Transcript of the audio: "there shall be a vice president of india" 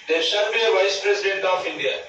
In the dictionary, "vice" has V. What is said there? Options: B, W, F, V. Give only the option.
V